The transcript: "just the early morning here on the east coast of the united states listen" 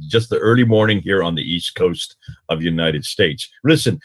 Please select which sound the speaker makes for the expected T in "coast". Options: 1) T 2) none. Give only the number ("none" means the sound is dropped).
1